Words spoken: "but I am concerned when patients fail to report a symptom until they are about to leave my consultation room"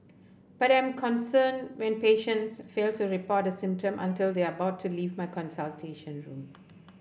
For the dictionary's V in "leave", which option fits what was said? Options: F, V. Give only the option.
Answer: V